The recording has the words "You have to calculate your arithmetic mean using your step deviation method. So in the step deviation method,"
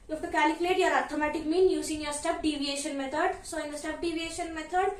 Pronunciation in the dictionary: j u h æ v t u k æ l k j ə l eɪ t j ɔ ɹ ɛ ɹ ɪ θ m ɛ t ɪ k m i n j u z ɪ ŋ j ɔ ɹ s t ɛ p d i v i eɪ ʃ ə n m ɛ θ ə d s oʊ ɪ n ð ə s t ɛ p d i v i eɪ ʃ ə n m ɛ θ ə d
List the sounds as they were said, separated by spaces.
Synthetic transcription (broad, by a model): j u h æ f t u k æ l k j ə l eɪ t j ɔ ɹ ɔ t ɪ m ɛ t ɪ k m i n j u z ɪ ŋ j ɔ ɹ s t ɛ p d i v i eɪ ʃ ə n m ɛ t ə d s oʊ ɪ n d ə s t ɛ p d i v i eɪ ʃ ə n m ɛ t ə d